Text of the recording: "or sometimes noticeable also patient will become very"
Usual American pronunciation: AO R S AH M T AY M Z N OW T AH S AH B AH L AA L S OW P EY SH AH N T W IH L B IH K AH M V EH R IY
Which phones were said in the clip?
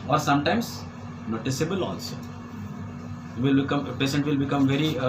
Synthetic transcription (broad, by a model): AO R S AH M T AY M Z N OW T AH S AH B AH L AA L S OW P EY S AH N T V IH L B IH K AH M V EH R IY